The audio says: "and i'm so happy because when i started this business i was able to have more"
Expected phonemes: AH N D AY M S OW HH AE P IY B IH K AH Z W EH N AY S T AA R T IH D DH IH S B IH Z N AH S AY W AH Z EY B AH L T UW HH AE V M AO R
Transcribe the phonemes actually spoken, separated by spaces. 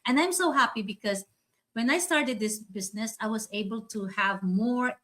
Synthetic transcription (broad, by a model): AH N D AY M S OW HH AE P IY B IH K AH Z W EH N AY S T AA R T IH D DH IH S B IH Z N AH S AY W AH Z EY B AH L T UW HH AE V M AO R